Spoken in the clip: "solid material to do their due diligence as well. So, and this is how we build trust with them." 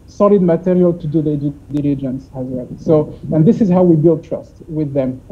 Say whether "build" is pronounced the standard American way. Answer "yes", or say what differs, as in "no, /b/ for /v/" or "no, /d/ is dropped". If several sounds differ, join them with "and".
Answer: yes